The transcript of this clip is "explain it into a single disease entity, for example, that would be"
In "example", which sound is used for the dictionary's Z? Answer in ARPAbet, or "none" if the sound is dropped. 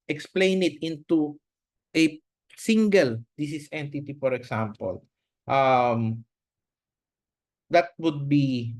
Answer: S